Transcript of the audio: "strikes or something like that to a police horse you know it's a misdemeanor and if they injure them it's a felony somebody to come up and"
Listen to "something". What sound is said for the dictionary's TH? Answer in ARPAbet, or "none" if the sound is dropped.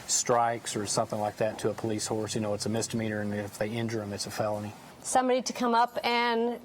TH